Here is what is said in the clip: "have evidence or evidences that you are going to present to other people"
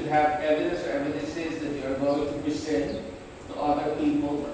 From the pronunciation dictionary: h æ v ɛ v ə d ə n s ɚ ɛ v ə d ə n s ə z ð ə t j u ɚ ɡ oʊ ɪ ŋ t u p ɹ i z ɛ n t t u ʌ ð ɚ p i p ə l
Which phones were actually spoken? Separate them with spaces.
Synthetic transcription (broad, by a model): h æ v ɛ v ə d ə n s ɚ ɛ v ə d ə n s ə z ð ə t j u ɚ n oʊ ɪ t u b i s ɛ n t t u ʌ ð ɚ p i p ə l